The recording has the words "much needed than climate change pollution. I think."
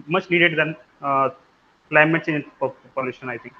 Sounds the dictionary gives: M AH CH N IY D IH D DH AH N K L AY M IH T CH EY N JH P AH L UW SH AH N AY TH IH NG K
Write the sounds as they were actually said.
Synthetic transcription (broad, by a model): M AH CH N IY D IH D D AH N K L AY M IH T S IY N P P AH L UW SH AH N AY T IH NG K